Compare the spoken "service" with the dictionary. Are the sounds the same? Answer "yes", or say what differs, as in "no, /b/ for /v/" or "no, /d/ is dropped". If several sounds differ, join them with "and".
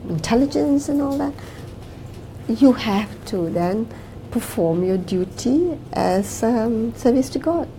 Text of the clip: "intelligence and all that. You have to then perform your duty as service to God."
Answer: yes